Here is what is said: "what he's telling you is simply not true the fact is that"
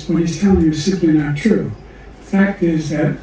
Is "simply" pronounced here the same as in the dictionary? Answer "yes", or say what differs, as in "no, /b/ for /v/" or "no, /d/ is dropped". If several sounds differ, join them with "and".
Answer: no, /m/ is dropped